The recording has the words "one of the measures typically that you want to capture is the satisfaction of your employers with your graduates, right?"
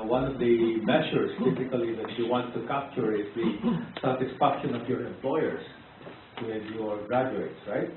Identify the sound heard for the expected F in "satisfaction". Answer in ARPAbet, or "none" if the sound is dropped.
P